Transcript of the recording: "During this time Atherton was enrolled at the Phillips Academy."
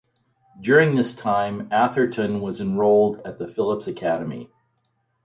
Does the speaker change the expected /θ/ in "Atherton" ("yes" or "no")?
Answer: no